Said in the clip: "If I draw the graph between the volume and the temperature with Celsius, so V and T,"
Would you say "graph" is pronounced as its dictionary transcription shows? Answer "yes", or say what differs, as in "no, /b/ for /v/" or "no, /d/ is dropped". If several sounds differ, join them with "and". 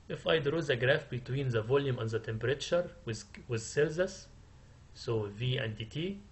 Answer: yes